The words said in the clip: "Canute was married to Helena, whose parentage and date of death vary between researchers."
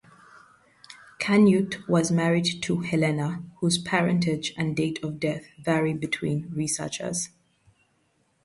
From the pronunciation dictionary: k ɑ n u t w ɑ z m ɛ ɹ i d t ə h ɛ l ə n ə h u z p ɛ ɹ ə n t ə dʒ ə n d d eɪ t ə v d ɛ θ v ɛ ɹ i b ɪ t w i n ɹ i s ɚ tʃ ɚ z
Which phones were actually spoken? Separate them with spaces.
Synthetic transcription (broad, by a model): k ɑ n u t w ɑ z m ɛ ɹ i d t ə h ɛ l ə n ə h u z p ɛ ɹ ə n t ə dʒ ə n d d eɪ t ə v d ɛ θ v ɛ ɹ i b ɪ t w i n ɹ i s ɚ tʃ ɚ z